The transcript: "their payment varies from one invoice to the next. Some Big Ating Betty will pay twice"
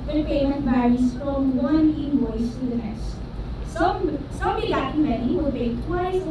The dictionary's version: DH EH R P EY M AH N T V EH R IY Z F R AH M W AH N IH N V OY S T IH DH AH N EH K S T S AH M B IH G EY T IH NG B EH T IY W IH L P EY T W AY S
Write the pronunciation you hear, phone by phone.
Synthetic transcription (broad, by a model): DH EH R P EY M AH N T B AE R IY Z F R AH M W AH N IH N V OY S T IH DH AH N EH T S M S AH M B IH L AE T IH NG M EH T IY W IH L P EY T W AY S